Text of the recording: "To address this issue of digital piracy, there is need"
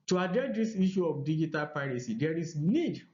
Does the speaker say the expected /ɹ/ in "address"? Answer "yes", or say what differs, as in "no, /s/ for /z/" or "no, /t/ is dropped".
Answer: no, /ɹ/ is dropped